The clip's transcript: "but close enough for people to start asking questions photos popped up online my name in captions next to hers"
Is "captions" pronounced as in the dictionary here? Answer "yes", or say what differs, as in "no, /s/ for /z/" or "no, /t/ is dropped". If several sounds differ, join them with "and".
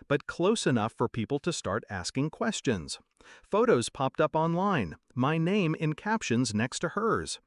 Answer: yes